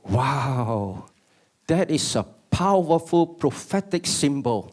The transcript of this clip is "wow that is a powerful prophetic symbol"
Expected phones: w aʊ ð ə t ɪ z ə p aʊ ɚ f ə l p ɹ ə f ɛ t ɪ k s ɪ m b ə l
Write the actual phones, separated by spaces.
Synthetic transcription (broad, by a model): w aʊ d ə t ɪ s ə p aʊ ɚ f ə l p ɹ ə f ɛ t ɪ k s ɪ m b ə l